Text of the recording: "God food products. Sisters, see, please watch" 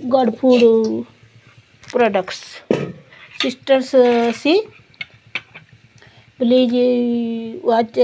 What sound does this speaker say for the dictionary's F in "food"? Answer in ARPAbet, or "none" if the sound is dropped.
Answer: P